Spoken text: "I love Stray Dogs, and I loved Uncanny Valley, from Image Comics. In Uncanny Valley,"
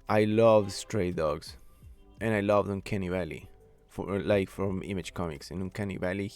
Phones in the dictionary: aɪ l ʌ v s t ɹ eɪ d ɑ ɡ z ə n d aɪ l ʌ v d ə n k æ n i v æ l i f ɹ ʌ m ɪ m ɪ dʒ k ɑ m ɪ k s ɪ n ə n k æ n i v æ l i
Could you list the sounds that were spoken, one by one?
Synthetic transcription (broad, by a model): aɪ l ʌ v s t ɹ eɪ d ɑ ɡ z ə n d aɪ l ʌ v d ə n k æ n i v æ l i f ɹ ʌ m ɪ m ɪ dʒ k ɑ m ɪ k s ɪ n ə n k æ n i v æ l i